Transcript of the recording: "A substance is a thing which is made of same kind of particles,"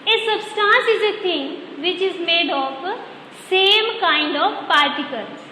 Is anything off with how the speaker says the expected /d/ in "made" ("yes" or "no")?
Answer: no